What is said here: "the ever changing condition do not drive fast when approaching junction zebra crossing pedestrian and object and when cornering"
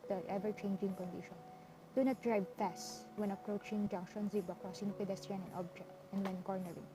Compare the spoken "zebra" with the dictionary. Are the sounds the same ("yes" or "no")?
no